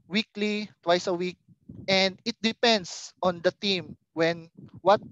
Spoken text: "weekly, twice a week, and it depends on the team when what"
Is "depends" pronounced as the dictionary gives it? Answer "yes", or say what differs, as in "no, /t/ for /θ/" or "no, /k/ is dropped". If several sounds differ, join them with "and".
no, /s/ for /z/